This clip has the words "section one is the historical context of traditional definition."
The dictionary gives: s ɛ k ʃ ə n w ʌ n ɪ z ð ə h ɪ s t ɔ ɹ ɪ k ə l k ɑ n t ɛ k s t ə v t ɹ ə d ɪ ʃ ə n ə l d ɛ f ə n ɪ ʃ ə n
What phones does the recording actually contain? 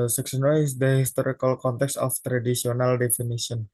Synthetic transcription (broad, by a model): s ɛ k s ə n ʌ ɪ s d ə h ɪ s t ɔ ɹ ɪ k ə l k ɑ n t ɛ k s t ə f t ɹ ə d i s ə n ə l d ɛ f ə n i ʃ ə n